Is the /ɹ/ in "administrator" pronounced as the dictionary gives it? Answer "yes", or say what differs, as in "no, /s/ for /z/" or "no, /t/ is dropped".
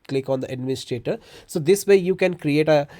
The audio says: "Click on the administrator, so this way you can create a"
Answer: no, /ɹ/ is dropped